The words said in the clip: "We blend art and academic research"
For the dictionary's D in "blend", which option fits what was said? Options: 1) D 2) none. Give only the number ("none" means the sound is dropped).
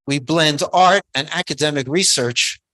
1